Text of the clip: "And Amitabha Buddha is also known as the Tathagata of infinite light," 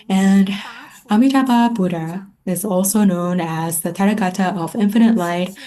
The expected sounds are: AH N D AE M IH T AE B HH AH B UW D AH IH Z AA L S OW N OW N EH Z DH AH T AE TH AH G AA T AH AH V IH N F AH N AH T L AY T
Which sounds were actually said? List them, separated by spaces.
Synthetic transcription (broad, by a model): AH N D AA M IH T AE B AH B UW D AH IH Z AA L S OW N OW N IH Z DH AH T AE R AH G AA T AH AH V IH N F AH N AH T L AY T